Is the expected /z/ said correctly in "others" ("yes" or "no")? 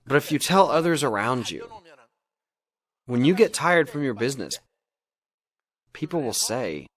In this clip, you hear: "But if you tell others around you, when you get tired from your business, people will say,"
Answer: yes